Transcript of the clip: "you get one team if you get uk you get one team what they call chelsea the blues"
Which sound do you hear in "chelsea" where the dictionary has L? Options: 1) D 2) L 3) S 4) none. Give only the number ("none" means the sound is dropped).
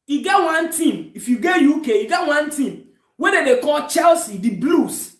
2